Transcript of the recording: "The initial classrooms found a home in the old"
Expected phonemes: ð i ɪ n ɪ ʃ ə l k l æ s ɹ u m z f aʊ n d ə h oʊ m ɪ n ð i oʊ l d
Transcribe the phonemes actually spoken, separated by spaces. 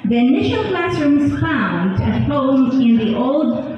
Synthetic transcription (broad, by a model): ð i ɪ n ɪ ʃ ə l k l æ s ɹ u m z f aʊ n ə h oʊ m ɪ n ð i oʊ l d